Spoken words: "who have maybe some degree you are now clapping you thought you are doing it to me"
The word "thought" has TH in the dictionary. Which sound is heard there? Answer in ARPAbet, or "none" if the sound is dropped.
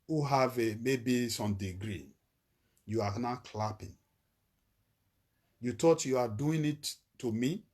T